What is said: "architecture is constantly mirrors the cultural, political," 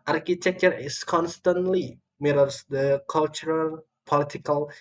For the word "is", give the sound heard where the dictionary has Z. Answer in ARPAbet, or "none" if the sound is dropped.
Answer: S